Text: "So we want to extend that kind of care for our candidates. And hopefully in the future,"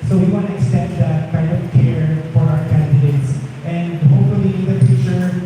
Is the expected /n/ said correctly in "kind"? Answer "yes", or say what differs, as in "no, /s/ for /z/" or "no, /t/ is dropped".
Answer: no, /n/ is dropped